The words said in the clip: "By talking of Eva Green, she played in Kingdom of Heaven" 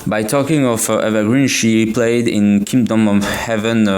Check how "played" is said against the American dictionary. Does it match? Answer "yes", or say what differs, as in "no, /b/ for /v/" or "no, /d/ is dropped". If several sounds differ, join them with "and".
yes